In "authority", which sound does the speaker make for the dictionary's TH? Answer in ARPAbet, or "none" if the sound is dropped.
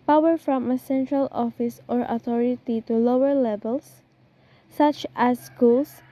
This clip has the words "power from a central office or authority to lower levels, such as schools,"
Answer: T